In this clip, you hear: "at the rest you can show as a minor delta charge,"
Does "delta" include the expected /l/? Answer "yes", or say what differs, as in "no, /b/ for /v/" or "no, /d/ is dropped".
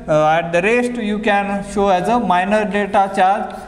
no, /l/ is dropped